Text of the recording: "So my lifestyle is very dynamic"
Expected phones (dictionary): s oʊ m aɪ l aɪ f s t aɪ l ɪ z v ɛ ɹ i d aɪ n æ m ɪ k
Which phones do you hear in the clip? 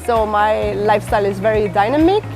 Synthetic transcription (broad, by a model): s oʊ m aɪ l aɪ f s t aɪ l ɪ z v ɛ ɹ i d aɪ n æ m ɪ k